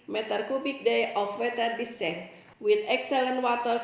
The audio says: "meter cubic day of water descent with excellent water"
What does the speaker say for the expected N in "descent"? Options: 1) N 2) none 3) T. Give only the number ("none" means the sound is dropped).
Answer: 2